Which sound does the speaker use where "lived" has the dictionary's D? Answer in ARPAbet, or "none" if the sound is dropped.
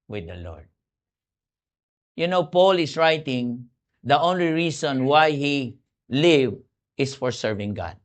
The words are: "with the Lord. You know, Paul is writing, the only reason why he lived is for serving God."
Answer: none